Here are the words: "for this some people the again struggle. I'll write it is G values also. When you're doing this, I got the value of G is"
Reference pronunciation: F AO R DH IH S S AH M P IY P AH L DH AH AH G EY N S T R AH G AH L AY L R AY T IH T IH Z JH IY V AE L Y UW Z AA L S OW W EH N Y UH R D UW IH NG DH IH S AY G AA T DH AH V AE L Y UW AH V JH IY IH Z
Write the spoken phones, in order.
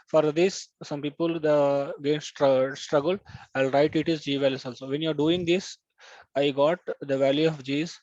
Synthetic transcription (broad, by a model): F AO R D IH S S AH M P IY P AH L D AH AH G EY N S T R AH G AH L AY L R AY T IH T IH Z JH IY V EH L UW S AA L S OW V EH N Y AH R D UW IH NG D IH S AY G AA T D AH V AE L Y UW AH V JH IY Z